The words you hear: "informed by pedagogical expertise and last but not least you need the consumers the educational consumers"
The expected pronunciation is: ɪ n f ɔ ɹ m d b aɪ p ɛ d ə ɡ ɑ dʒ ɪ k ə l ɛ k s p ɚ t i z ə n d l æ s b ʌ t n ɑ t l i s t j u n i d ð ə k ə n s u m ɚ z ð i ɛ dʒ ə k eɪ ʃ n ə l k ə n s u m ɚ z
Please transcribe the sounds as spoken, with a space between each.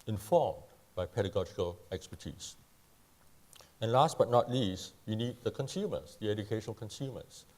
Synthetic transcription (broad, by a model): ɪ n f ɔ m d b aɪ p ɛ d ə ɡ ɑ dʒ ɪ k ə l ɛ k s p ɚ t i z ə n l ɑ s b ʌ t n ɑ t l i s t j u n i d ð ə k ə n s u m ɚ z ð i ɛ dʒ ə k eɪ ʃ ə n k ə n s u m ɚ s